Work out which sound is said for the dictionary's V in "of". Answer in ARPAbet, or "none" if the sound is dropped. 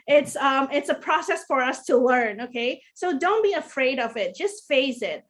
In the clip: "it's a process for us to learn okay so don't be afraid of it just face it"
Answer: V